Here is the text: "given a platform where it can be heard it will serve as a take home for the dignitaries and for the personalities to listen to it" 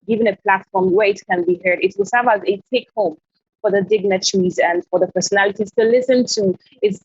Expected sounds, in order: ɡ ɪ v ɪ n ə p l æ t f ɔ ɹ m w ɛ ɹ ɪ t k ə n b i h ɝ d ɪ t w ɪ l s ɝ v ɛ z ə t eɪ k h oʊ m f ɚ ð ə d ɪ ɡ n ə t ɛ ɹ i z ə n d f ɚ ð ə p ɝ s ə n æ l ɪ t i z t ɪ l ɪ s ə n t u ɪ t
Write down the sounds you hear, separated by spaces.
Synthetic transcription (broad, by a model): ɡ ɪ v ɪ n ə p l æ t f ɔ ɹ m w ɛ ɹ ɪ t k ə n b i h ɝ d ɪ t w ɪ l s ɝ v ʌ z ə t eɪ k h oʊ m f ɚ ð ə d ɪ ɡ n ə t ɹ i z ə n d f ɚ ð ə p ɝ s ə n æ l ɪ t i z t ɪ l ɪ s ə n t u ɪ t